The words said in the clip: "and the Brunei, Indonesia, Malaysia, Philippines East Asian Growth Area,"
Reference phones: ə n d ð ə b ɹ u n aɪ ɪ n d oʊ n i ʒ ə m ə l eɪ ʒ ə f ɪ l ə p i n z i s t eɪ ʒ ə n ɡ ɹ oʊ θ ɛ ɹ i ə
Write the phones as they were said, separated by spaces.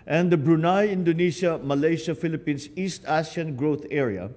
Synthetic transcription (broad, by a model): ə n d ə b ɹ u n aɪ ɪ n d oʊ n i ʃ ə m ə l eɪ ʃ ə f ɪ l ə p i n s i s t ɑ s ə n ɡ ɹ oʊ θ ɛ ɹ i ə